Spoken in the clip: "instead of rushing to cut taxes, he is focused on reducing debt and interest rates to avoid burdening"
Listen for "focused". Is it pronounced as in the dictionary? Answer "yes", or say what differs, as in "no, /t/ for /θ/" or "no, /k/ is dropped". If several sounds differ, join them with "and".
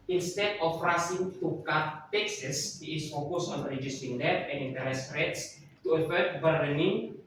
no, /t/ is dropped